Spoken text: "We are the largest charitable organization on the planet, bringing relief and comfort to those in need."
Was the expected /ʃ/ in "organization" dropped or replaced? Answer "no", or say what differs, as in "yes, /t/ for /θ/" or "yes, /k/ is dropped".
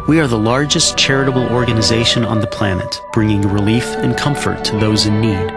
no